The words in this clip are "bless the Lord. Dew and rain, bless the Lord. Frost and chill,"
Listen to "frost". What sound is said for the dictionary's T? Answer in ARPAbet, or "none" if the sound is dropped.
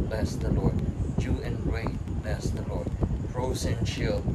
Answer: none